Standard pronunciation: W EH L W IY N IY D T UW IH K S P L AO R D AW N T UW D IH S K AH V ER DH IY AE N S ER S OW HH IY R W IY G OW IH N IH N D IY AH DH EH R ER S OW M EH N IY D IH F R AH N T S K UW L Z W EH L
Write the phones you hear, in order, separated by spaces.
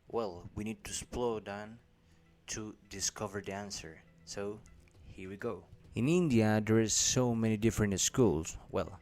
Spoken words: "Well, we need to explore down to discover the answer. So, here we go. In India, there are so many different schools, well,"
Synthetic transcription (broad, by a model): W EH L W IY N IY D T UW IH S P L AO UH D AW N T UW D IH S K AH V ER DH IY AE N S ER S OW HH IY R W IY G OW IH N IH N D IY AH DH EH R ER S OW M EH N IY D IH F R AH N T S K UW L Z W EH L